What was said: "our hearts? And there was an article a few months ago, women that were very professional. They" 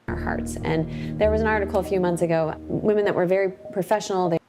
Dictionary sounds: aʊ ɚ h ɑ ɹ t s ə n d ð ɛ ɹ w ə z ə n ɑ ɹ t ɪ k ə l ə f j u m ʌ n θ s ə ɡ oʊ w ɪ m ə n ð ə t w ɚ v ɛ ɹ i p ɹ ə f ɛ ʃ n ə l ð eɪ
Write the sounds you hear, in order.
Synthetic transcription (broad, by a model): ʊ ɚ h ɑ ɹ t s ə n ð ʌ ɹ w ə z ə n ɑ ɹ t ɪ k l ə f j u m ʌ n θ s ə ɡ oʊ w ɪ m ə n ð ə t w ɚ v ɛ ɹ i p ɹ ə f ɛ ʃ n l ð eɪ